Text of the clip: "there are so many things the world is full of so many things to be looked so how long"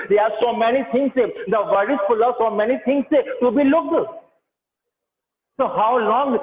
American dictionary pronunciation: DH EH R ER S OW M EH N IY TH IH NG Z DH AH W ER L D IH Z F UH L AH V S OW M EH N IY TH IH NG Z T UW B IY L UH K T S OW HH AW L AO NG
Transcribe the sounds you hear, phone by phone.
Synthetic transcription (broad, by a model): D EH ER S OW M EH N IY T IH NG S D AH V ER D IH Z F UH L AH S OW M EH N IY T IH NG S T UW B IY L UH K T S OW HH AW L AO NG